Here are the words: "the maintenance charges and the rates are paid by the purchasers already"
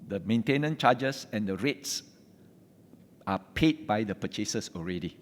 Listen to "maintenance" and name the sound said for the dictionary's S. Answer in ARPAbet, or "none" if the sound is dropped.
none